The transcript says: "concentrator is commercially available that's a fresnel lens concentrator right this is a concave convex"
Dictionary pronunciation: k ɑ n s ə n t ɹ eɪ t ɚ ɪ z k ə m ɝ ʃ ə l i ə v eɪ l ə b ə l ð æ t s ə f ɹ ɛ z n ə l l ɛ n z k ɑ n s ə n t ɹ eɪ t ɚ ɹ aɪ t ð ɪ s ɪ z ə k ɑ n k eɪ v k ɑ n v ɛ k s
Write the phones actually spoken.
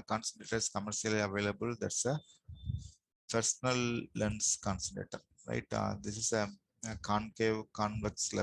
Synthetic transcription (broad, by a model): k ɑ n s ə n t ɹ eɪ t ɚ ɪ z k ə m ɝ ʃ ə l i ə v eɪ l ə b ə l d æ t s ə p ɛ s n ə l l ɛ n s k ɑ n s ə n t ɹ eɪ t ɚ ɹ aɪ t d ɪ s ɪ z ə k ɑ n k eɪ v k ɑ n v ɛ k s